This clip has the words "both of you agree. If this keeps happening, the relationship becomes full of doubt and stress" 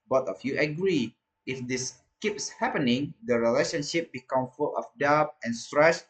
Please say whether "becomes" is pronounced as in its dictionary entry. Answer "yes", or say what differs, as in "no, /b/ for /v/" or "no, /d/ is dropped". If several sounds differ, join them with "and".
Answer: no, /z/ is dropped